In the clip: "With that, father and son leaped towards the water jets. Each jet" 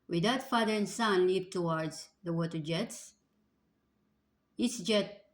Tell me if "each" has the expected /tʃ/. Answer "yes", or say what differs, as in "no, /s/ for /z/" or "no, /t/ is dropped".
no, /s/ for /tʃ/